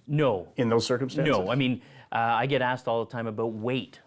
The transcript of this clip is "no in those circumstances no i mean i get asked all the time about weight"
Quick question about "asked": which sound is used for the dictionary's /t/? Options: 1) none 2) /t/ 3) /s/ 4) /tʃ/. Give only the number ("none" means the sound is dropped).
2